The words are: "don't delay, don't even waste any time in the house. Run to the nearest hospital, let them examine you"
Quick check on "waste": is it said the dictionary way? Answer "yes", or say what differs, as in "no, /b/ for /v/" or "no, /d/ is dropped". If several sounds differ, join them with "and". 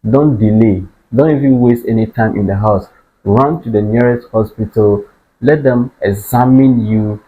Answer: yes